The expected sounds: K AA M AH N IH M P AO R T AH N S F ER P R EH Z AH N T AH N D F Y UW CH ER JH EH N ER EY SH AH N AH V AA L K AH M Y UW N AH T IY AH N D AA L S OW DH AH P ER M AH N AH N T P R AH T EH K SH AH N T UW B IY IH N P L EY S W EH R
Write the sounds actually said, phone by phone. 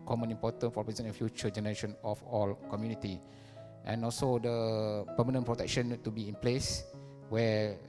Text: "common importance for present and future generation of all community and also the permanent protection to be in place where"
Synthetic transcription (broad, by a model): K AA M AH N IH M P AO T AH N F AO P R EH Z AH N AH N F Y UW CH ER JH EH N ER EY SH AH N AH F AA L K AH M Y UW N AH T IY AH N AA L S OW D AH P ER M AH N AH N P R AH T EH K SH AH N T UW B IY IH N P L EY S W EH